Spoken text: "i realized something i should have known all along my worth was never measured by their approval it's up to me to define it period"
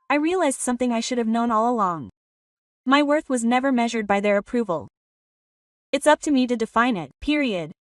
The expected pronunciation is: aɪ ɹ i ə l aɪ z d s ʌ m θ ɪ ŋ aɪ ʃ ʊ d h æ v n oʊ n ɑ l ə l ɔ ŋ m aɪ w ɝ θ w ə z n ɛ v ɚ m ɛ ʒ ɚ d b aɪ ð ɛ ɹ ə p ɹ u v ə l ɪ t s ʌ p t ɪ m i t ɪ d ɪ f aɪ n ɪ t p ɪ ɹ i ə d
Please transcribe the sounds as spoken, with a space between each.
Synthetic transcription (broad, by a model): aɪ ɹ i ə l aɪ z d s ʌ m θ ɪ ŋ aɪ ʃ ʊ d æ v n oʊ n ɑ l ə l ɔ ŋ m aɪ w ɝ θ w ə z n ɛ v ɚ m ɛ ʒ ɚ d b aɪ ð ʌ ɹ ə p ɹ u v ə l ɪ t s ʌ p t ɪ m i t ɪ d ɪ f aɪ n ɪ t p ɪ ɹ i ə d